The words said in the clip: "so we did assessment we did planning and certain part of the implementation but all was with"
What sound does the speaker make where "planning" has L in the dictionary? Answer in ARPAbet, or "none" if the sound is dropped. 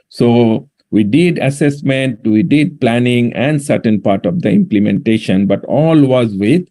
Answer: L